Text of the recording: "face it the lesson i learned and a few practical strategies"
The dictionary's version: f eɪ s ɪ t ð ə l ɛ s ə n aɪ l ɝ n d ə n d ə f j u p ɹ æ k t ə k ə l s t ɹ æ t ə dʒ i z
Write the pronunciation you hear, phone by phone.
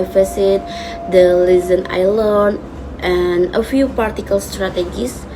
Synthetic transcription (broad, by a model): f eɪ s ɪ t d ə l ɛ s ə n aɪ l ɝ n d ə n ə f j u p ɑ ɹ t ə k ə l s t ɹ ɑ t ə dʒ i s